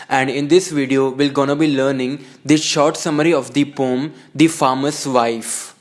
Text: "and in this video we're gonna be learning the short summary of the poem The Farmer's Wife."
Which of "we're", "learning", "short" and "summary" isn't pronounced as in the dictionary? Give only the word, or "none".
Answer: we're